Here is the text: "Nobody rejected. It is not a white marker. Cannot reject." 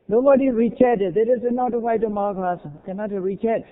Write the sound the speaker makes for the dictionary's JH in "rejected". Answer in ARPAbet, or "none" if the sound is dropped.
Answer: CH